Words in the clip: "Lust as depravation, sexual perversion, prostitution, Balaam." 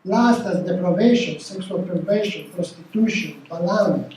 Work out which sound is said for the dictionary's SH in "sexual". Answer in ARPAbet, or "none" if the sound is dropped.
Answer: S